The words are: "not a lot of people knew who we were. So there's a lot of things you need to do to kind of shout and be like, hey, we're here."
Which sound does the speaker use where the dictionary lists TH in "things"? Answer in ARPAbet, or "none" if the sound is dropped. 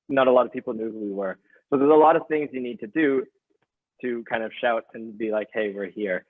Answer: TH